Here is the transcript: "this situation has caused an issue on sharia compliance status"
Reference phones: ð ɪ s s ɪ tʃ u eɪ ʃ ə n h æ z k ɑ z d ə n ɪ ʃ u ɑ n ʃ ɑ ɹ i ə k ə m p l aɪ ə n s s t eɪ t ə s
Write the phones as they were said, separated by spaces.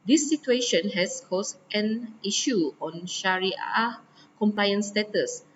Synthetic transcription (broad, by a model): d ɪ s s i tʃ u eɪ ʃ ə n h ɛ s k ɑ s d ə n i ʃ u ɑ n ʃ ɑ ɹ i ə k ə m p l aɪ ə n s s t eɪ t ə s